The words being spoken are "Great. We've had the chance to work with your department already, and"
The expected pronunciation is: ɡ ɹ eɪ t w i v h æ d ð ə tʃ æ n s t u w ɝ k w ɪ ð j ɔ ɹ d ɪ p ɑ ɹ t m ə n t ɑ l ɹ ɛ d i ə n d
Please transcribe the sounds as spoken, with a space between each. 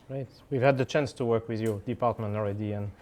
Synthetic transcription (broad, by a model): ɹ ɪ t w i v h æ d ð ə tʃ æ n s t u w ɝ k w ɪ ð j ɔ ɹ d ɪ p ɑ ɹ t m ə n t ɑ l ɹ ɛ d i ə n